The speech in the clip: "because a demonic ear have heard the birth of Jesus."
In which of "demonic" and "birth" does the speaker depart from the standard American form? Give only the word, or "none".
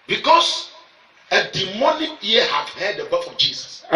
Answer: birth